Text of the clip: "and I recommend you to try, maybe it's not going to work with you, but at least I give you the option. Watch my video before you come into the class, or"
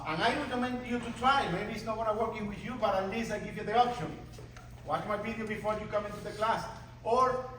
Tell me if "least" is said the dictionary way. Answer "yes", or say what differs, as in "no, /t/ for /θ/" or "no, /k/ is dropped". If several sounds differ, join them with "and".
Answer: no, /t/ is dropped